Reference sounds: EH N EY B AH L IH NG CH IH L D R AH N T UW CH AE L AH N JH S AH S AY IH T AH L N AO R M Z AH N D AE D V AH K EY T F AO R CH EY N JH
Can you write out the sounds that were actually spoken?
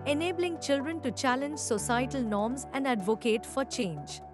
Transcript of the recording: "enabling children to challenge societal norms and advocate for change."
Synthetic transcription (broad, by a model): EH N EY B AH L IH NG CH IH L D R AH N T UW CH AE L AH N JH S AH S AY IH T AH L N AO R M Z AH N D AE D V AH K EY T F AO R CH EY N JH